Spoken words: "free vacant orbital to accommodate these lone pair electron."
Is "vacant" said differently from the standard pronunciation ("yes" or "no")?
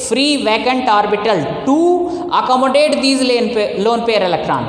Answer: no